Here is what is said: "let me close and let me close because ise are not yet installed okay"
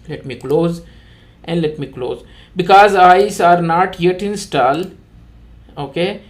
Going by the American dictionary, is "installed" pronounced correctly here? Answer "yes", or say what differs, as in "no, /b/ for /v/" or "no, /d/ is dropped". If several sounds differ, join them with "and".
no, /d/ is dropped